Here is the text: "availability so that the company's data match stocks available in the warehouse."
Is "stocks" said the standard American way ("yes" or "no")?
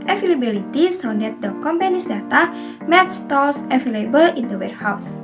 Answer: no